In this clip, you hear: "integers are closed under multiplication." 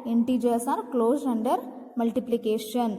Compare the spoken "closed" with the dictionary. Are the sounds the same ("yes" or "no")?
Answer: no